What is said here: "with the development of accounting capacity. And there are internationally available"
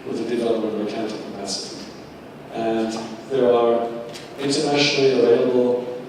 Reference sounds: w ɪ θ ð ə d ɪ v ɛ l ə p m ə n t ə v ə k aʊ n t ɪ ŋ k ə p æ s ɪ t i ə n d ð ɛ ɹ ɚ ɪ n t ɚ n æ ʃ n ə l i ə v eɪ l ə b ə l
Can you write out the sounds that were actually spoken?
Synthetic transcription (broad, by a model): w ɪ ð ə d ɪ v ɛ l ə m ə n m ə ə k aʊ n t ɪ k ə p æ s ɪ t i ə n ð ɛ ɹ ɚ ɪ n t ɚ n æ ʃ n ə l i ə v eɪ l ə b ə l